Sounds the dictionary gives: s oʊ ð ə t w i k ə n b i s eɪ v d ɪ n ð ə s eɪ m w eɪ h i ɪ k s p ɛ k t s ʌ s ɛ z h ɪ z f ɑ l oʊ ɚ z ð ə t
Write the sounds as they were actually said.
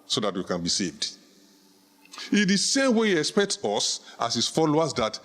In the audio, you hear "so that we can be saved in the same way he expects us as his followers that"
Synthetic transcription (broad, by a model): s oʊ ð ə t w i k ə n b i s eɪ v d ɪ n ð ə s eɪ m w eɪ h i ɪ k s p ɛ k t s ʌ s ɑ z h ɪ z f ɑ l oʊ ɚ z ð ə t